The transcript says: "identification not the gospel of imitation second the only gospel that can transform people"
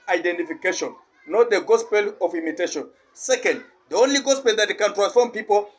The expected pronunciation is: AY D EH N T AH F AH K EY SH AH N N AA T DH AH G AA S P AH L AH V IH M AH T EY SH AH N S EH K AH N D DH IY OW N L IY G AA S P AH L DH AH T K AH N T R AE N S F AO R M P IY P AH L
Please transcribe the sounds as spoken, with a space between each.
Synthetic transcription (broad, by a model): AY D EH N T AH F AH K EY SH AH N N AA T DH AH G AA S P AH L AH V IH M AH T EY SH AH N S EH K AH N D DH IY OW N L IY G AA S P AH L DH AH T K AH N T R AE N S F AO R M P IY P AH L